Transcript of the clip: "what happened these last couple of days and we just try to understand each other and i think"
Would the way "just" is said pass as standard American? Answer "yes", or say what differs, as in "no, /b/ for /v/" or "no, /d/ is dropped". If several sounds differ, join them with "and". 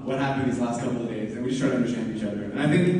no, /ʃ/ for /dʒ/